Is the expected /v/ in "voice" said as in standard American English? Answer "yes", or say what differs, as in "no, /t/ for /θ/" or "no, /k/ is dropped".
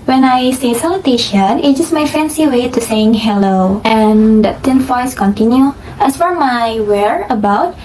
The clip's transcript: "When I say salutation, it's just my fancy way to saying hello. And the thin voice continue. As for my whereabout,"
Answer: no, /f/ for /v/